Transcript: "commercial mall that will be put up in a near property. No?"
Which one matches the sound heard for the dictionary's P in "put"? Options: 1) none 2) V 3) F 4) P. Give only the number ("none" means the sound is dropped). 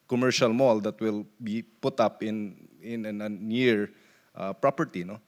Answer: 4